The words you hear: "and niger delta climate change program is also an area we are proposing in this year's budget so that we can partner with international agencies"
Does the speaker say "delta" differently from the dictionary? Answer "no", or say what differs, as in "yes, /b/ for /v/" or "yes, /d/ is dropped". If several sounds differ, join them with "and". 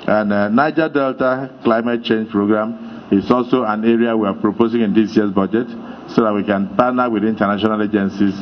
no